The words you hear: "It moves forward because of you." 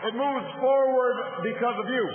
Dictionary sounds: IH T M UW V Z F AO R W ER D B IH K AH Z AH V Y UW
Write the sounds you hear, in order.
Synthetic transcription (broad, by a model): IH T M UW V Z F AO R W ER D B IH K AH Z AH V Y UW